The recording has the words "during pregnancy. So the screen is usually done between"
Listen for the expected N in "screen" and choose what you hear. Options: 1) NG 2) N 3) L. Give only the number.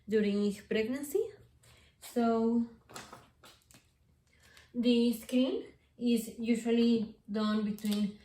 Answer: 3